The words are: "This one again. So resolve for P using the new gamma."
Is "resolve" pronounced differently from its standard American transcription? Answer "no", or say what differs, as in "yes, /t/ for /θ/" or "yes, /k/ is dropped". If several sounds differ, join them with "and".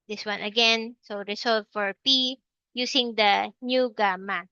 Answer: yes, /s/ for /z/